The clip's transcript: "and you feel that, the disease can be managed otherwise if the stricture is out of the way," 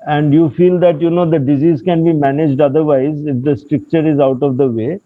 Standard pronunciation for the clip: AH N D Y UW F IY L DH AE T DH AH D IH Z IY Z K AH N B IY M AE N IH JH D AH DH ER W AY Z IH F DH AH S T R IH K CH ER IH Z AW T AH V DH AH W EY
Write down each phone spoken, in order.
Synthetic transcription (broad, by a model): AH N D Y UW F IY L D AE T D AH D IH Z IY Z K AH N B IY M AE N IH JH D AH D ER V AY Z IH F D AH S T R IH K CH ER IH Z AW T AH V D AH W EY